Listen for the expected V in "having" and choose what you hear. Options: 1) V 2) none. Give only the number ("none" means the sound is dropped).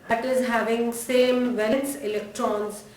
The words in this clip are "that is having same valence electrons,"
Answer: 1